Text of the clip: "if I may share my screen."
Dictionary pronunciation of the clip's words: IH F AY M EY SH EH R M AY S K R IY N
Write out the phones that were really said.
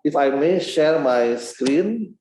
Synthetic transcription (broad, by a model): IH F AY M EY SH EH R M AY S K R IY N